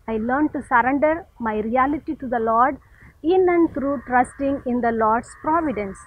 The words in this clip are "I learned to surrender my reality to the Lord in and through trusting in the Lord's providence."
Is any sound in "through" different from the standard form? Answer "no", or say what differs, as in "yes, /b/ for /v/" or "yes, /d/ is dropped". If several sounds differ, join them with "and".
yes, /t/ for /θ/